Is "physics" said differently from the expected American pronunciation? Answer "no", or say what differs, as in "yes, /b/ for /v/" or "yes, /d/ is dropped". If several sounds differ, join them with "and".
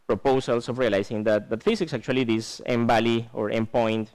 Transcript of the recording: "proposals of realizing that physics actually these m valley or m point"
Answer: yes, /s/ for /z/